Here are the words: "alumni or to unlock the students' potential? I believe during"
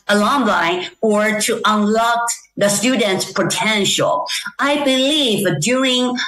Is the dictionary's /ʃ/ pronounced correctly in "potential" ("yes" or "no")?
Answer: yes